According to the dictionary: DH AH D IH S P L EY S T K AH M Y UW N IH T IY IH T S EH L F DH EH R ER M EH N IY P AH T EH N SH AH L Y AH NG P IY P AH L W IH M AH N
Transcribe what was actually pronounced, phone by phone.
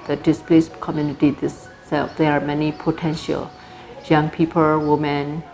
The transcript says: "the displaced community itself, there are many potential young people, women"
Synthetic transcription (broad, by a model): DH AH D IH S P L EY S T K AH M Y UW N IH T IY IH S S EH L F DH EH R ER M EH N IY P AH T EH N SH AH L Y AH NG P IY P AH L W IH M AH N